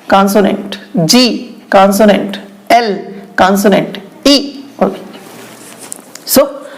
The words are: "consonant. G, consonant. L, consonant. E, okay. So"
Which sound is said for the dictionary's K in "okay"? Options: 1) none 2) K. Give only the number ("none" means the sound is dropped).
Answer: 1